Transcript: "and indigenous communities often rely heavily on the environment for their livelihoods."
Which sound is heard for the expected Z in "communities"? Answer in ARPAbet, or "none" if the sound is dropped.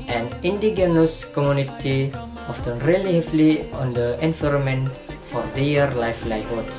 none